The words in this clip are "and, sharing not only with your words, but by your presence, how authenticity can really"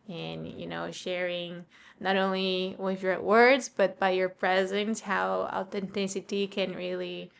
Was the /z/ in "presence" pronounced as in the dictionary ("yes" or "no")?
yes